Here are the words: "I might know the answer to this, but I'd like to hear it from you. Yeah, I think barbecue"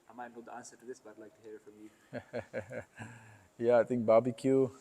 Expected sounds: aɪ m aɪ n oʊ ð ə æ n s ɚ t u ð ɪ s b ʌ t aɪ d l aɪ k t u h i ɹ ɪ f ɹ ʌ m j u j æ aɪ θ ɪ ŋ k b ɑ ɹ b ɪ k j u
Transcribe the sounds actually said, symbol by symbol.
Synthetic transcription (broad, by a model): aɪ m aɪ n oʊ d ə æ n s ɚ t u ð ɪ s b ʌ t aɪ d l aɪ k t u h i ɹ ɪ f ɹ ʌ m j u j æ aɪ t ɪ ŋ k b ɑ b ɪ k j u